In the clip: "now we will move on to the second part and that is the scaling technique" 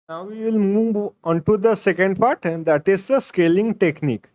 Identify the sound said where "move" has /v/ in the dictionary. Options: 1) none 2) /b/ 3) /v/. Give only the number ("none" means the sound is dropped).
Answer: 3